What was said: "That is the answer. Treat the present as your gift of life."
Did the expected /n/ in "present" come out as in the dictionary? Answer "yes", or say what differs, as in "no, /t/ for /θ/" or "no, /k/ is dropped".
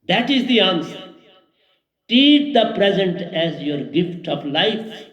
yes